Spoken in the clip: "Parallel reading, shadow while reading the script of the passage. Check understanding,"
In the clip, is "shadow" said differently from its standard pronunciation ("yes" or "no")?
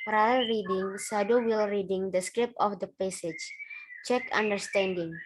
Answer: yes